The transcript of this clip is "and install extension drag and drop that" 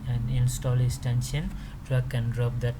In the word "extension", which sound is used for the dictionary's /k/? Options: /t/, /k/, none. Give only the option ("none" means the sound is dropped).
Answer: none